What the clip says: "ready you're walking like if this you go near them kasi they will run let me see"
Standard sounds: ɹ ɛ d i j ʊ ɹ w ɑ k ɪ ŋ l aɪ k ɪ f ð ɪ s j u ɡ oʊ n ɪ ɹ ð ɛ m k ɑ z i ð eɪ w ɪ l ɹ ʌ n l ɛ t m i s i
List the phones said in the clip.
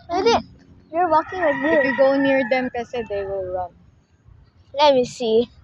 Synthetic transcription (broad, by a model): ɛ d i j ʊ ɹ w ɑ k ɪ ŋ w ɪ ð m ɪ j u ɡ oʊ n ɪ ɹ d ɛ m k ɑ s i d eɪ w ɪ l ɹ ʌ n l ɛ t m i s i